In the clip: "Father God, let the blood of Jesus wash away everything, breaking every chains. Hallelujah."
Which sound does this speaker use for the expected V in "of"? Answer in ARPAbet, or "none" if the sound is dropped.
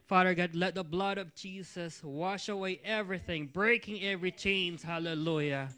V